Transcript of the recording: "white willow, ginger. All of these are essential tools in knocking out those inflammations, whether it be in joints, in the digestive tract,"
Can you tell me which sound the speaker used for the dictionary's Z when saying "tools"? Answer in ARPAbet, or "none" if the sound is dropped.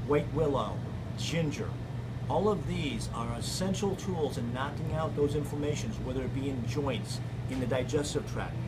Z